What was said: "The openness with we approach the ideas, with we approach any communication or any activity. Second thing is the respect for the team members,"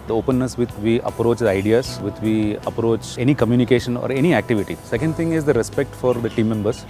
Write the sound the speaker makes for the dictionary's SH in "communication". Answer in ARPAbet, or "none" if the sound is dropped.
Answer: SH